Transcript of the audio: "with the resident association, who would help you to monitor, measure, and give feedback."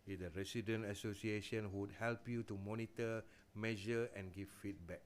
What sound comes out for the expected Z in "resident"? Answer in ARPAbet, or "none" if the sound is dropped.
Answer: S